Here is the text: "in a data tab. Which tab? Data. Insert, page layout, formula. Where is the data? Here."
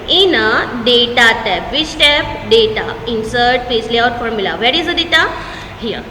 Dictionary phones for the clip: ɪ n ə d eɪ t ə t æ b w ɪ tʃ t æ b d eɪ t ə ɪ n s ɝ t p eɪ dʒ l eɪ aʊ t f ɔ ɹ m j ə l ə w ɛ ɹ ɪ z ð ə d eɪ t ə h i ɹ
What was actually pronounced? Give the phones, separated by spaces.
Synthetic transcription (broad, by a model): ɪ n ə d eɪ t ə t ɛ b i s t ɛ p d eɪ t ə ɪ n s ɝ t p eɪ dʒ l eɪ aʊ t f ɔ ɹ m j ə l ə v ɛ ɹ ɪ z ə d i t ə h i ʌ